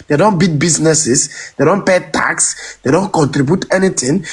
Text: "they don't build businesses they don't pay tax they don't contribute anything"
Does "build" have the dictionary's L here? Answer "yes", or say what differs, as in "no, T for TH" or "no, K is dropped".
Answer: no, L is dropped